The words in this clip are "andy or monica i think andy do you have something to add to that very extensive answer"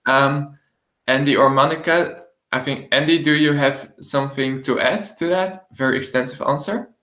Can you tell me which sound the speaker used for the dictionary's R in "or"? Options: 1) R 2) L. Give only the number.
1